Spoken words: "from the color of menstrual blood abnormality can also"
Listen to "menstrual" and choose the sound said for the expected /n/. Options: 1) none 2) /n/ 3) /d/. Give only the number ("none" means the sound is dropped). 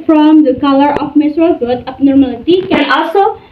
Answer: 1